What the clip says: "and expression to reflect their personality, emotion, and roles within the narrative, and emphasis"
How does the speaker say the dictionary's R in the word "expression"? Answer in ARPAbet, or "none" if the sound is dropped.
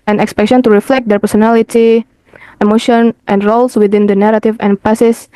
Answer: none